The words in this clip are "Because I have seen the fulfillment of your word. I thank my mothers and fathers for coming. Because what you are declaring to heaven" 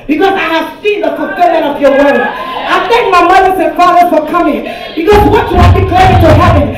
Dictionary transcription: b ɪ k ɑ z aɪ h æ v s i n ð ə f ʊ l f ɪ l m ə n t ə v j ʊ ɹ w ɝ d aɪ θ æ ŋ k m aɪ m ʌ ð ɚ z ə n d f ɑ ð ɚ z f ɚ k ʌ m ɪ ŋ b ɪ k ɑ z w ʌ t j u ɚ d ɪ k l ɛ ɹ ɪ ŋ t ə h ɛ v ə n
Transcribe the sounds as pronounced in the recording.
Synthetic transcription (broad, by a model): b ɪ k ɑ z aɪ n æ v s i n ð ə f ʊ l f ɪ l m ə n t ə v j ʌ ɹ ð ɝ aɪ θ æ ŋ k m aɪ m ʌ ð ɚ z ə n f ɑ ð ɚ f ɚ k ʌ m ɪ ŋ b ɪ k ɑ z w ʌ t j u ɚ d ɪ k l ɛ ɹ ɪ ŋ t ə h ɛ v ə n